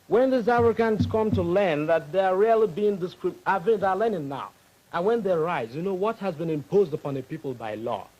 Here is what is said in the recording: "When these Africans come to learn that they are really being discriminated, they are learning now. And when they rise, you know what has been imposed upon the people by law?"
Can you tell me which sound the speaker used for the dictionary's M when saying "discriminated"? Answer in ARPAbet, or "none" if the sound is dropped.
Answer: none